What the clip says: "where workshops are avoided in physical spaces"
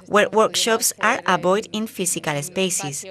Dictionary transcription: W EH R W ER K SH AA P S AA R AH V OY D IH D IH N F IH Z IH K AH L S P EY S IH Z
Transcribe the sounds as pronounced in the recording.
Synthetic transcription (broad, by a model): W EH R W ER K SH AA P S AA R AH B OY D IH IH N F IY S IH K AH L S P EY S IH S